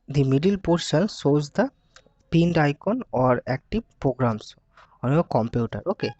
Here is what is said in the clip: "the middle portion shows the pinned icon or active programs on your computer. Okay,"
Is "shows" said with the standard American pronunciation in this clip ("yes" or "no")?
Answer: no